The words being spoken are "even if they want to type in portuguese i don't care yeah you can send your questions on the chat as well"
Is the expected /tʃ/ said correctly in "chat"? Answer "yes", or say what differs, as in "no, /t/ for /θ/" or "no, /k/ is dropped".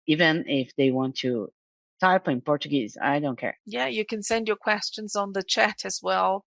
yes